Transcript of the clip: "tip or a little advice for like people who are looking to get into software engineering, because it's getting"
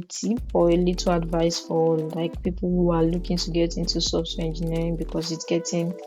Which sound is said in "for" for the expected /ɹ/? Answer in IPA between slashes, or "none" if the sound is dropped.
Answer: /l/